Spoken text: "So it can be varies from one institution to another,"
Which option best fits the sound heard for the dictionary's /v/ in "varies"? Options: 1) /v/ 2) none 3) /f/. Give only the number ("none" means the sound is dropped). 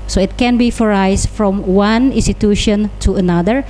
3